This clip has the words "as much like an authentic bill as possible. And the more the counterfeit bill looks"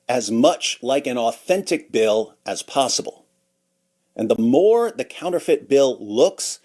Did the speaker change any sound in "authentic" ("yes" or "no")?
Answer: no